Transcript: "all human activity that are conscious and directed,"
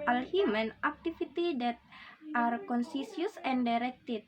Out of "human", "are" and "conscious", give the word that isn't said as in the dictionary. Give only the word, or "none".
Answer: conscious